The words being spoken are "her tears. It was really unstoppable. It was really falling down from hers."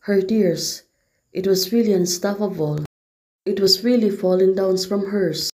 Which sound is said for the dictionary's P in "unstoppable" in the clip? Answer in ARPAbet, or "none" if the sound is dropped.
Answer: F